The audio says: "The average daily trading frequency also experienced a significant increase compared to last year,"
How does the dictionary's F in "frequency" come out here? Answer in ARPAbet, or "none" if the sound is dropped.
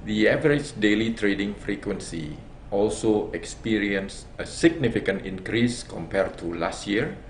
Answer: F